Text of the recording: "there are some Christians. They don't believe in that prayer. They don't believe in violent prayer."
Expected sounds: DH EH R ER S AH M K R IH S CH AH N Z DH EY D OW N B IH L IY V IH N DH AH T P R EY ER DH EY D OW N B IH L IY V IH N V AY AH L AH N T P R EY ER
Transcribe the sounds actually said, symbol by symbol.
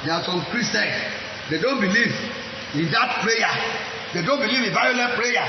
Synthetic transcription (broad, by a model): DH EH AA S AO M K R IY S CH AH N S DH EY D OW N B IH L IY V IH N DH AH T P R EY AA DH EY D OW N B IH L IY V IH N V AY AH L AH T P R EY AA